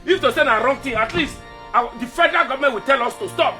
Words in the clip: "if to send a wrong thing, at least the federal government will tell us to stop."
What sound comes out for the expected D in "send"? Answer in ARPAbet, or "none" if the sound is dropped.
none